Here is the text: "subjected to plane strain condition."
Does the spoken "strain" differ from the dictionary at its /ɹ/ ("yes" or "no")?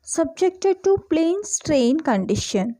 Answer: no